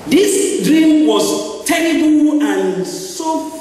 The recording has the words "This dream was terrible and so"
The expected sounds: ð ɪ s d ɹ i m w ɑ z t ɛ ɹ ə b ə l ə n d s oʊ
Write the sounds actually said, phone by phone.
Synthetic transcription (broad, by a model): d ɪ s d ɹ i m w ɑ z t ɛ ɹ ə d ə w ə n s oʊ